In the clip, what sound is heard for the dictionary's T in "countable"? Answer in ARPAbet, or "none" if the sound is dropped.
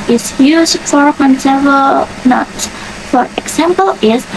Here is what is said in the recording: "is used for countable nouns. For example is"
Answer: S